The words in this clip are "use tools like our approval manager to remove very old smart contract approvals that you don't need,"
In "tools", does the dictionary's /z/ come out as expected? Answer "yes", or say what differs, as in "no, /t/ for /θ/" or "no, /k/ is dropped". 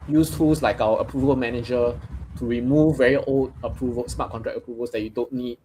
no, /s/ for /z/